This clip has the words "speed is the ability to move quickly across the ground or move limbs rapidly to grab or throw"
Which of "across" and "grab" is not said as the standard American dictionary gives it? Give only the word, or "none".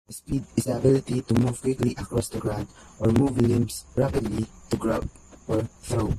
grab